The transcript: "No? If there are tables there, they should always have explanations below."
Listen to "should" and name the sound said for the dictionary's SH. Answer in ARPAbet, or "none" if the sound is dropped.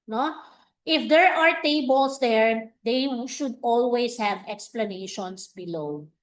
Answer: SH